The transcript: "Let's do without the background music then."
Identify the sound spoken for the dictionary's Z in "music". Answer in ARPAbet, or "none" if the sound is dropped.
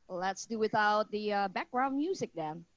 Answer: Z